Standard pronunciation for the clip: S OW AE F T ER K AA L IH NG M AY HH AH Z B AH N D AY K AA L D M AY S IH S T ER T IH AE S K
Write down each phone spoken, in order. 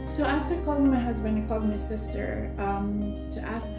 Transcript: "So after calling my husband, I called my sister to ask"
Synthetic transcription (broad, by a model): S OW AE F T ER K AA L IH NG M AY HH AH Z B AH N IH K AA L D M AY S IH S T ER T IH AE S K